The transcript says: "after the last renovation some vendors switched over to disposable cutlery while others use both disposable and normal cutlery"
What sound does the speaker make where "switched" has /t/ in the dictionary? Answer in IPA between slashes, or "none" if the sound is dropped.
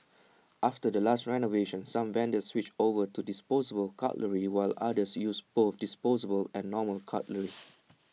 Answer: none